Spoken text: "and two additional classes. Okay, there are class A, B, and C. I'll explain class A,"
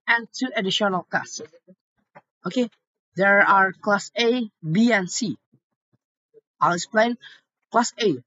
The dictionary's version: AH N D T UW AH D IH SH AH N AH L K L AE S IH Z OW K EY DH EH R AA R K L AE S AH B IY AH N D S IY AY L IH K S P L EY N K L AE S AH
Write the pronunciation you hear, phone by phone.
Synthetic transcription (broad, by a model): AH N T UW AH D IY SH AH N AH L K AA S OW K EY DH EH R AA R K L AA S AH B IY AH N S IY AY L IH K S P L EY N K L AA S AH